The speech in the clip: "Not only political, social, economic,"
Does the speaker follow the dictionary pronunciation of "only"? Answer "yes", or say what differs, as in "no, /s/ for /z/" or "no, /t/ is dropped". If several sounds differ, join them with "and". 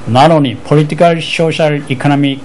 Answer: no, /l/ is dropped